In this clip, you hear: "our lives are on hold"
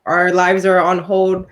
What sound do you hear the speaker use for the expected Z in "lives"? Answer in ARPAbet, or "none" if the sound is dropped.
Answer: Z